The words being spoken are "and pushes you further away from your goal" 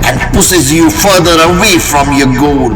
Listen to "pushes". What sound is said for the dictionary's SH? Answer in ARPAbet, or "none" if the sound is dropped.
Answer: S